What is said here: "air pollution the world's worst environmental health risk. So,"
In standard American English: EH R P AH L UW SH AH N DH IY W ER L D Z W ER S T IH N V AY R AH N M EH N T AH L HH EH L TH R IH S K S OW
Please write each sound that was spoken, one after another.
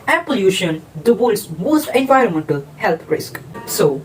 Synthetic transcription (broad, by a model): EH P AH L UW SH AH N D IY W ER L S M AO S T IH N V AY R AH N M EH N T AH L HH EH L T R IH S K S OW